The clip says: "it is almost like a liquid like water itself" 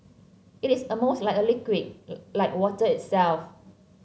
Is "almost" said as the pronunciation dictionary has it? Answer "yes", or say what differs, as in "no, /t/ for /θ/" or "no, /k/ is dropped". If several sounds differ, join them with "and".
no, /l/ is dropped